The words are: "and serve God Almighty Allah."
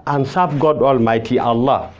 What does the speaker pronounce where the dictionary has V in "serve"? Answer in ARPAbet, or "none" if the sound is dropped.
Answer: B